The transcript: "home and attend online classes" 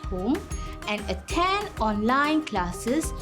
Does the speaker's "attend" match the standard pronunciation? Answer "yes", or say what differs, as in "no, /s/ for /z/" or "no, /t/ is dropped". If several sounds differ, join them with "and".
no, /d/ is dropped